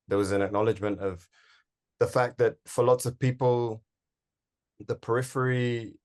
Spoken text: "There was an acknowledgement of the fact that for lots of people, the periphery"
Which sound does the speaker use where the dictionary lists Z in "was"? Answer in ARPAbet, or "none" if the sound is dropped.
Z